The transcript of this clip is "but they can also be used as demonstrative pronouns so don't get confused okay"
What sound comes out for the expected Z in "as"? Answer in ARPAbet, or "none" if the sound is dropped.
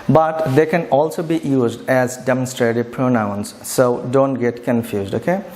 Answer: Z